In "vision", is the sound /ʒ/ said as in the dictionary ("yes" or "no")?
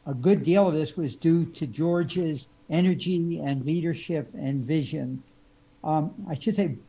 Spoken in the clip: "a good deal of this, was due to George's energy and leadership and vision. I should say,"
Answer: yes